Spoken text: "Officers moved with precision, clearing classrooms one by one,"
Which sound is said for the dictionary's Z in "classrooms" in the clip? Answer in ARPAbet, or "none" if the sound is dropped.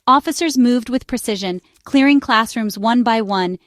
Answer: Z